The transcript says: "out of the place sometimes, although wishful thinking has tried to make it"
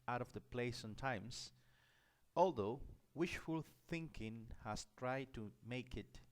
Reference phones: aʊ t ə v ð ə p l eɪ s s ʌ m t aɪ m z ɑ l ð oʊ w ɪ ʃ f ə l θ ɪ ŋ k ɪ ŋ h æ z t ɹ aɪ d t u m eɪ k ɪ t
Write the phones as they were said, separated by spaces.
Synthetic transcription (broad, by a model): aʊ t ə v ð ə p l eɪ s s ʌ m t aɪ m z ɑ l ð oʊ w ɪ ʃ f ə l θ ɪ ŋ k ɪ ŋ h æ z t ɹ aɪ d t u m eɪ k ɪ t